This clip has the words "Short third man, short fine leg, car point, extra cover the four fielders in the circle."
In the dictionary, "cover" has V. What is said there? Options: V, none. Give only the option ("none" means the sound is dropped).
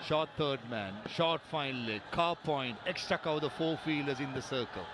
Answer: none